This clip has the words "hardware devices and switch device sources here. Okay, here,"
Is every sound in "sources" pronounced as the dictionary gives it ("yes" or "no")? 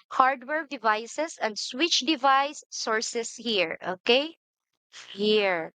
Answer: no